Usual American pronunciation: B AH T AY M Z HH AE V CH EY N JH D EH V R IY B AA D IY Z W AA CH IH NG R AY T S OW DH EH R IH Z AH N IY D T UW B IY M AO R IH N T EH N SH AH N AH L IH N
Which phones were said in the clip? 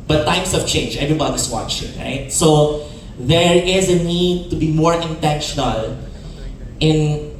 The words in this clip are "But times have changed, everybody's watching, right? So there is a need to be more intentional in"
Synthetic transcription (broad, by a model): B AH T AY M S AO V CH EY N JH EH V R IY B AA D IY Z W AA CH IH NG R AY T S OW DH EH R IH Z AH N IY D T UW B IY M AO R IH N T EH N SH AH N AH L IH N